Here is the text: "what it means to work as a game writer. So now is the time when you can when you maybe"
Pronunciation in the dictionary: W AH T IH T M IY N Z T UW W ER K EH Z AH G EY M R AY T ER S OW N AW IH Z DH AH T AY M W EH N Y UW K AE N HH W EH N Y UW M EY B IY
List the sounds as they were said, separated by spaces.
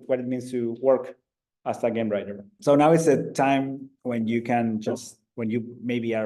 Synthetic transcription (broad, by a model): W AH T IH T M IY N S T UW W ER K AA S AH G EY M R AY T ER S OW N AW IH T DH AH T AY M W EH N Y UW K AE N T W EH N Y UW M EY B IY